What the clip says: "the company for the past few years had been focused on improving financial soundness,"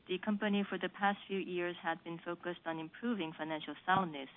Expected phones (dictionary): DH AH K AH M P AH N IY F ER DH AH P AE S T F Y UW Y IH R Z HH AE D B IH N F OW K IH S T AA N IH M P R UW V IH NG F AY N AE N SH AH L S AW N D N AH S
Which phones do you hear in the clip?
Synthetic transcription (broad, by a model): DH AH K AH M P AH N IY F ER DH AH P AE S T F Y UW Y IH R Z HH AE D B IH N F OW K IH S T N IH M P R UW V IH NG F AY N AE N SH L S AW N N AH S